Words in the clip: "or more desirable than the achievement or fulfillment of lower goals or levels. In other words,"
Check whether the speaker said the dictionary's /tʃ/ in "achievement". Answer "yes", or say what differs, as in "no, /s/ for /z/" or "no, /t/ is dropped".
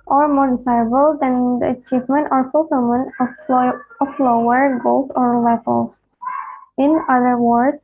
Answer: yes